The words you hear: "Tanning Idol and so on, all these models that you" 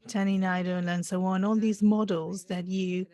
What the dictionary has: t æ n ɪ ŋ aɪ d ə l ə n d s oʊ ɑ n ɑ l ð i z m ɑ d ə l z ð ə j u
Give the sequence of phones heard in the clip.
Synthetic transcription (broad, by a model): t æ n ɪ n aɪ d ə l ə n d s oʊ ɑ n ɑ l ð i z m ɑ d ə l z ð ə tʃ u